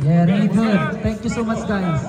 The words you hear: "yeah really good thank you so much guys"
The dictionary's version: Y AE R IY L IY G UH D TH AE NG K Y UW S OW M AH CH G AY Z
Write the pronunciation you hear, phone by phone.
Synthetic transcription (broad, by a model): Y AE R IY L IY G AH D T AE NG K Y UW S OW M AH CH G AY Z